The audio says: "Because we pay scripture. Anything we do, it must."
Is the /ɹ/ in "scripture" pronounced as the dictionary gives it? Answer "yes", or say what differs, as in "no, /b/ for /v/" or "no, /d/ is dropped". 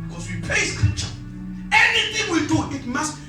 no, /ɹ/ is dropped